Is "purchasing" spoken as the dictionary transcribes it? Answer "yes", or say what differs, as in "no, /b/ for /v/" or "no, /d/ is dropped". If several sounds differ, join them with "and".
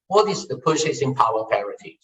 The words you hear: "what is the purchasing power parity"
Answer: no, /s/ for /tʃ/